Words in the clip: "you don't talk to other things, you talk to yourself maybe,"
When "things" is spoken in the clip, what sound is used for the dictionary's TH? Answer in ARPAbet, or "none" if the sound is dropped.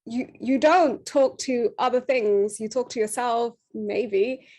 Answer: TH